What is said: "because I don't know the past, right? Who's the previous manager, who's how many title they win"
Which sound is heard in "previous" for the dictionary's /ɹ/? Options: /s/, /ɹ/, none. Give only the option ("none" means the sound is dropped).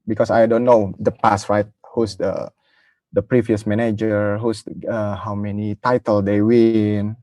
/ɹ/